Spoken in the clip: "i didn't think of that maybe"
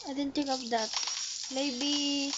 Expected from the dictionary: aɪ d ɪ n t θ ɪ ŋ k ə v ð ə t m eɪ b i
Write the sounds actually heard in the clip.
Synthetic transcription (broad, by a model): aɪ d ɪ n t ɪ k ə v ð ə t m eɪ b i